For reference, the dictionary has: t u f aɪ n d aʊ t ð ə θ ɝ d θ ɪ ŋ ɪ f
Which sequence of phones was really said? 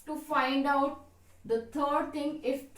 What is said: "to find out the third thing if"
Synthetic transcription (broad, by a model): t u f aɪ n d aʊ t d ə t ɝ d t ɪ ŋ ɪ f